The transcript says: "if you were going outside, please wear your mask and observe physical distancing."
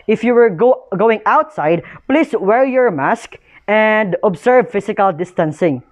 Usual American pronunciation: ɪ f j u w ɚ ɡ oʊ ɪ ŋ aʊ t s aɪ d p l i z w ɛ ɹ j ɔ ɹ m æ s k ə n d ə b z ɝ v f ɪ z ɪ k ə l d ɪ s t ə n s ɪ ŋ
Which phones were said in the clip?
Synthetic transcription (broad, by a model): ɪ f j u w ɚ ɡ oʊ ɪ ŋ aʊ t s aɪ d p l i s w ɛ ɹ j ɔ ɹ m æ s k ə n d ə b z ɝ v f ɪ s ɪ k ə l d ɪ s t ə n s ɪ ŋ